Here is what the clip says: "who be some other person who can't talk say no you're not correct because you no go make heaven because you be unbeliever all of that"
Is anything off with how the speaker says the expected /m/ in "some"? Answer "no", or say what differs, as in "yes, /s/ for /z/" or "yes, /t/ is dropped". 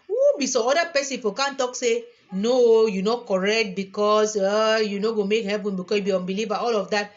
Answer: yes, /m/ is dropped